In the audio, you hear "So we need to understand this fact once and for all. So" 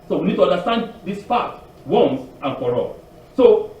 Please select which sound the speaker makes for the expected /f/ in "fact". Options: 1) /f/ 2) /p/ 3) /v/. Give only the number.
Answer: 2